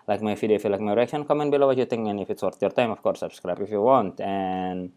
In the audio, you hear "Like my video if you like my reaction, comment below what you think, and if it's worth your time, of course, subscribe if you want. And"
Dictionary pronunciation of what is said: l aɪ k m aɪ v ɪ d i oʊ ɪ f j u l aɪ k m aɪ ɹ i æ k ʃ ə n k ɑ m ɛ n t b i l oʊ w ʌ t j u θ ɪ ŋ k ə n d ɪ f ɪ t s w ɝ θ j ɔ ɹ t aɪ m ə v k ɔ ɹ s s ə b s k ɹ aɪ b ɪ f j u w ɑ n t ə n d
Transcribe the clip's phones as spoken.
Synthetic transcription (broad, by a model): l aɪ k m aɪ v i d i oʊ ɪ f j u l aɪ k m aɪ ɹ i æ k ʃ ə n k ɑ m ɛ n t b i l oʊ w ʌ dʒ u t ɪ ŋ ə n ɪ f ɪ t s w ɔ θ j ɔ ɹ t aɪ m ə f k ɔ ɹ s s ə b s k ɹ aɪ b ɪ f j u w ɑ n t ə n